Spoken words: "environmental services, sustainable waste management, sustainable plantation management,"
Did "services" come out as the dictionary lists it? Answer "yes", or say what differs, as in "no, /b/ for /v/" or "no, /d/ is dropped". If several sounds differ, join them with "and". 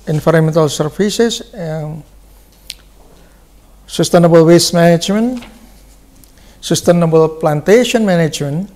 no, /f/ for /v/